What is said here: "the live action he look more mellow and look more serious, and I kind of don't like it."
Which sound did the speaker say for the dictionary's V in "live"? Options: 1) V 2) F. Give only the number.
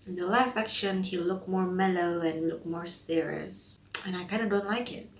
2